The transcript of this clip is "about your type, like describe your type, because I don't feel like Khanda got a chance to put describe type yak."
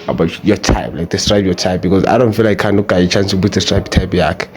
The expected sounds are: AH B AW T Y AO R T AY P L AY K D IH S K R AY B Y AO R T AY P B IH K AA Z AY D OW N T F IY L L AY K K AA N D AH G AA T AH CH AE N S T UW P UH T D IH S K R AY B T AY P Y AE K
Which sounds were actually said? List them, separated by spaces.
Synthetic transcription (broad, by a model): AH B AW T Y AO T AY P L AY K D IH S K R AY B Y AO T AY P B IH K AA Z AY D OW N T F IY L L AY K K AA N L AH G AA AH CH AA N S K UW B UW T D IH S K R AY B T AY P Y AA K